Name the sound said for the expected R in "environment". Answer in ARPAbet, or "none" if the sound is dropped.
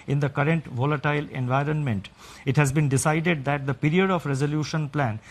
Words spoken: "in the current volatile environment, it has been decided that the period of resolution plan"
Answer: R